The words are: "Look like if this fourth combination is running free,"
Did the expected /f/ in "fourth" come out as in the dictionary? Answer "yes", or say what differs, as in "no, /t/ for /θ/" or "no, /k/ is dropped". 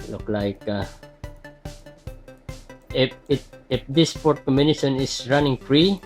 no, /p/ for /f/